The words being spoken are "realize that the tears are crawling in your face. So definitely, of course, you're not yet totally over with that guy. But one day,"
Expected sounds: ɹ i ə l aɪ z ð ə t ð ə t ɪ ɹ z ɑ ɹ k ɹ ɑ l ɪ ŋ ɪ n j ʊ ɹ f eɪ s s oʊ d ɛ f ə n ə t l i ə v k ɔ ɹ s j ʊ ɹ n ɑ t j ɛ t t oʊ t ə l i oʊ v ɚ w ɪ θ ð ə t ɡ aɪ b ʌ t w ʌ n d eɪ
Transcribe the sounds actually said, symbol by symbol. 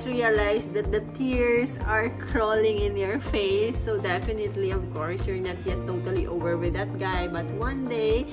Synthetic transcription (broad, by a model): ɹ i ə l aɪ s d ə t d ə t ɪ ɹ s ɑ ɹ k ɹ ɑ l ɪ ŋ ɪ n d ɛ ɹ f eɪ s s oʊ d ɛ f ə n ə t l i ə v k ɔ ɹ s j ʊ ɹ n ɑ t j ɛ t t oʊ t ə l i oʊ v ɚ w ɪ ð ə t ɡ aɪ b ʌ t w ʌ n d eɪ